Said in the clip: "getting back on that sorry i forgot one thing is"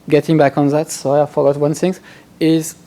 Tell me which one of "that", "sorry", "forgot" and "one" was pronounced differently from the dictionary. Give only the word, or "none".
sorry